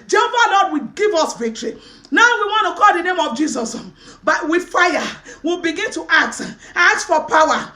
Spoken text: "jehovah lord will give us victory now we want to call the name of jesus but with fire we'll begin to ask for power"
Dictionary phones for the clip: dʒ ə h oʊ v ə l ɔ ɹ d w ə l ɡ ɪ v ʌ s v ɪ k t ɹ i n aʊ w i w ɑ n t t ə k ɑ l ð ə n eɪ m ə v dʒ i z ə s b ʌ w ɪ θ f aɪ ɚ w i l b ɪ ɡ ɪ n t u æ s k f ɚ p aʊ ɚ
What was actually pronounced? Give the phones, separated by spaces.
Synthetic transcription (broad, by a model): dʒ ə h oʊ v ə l ɔ d w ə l ɡ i v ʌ s v ɪ k t ɹ i n aʊ w i w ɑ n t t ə k ɑ l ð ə n eɪ m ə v dʒ i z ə s b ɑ w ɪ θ f aɪ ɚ w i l b ɪ ɡ ɪ n t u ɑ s k f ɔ p aʊ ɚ